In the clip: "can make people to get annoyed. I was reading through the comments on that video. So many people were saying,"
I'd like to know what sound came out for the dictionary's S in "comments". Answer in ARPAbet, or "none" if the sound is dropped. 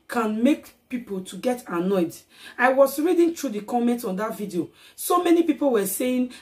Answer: none